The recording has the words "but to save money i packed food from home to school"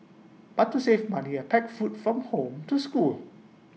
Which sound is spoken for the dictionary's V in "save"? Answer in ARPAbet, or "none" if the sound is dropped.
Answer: F